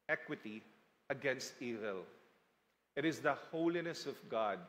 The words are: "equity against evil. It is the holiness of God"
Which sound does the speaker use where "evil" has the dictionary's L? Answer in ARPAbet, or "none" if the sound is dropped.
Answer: L